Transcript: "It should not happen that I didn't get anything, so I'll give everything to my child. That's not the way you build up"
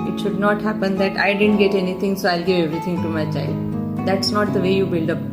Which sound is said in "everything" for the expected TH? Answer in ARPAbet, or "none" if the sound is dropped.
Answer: T